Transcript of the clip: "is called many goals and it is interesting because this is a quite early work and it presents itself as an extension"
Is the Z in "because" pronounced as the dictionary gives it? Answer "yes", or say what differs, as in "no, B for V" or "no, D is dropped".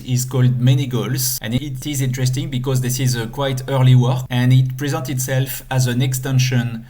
yes